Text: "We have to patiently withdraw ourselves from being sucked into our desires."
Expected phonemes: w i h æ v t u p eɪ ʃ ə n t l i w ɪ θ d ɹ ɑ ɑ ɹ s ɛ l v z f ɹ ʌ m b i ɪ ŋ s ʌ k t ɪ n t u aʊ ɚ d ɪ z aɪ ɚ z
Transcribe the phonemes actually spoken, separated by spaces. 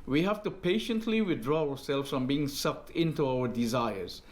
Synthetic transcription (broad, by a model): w i h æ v t u p eɪ ʃ ə n t l i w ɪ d ɹ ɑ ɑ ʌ s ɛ l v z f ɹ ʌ m b i ɪ ŋ s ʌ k t ɪ n t u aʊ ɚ d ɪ z aɪ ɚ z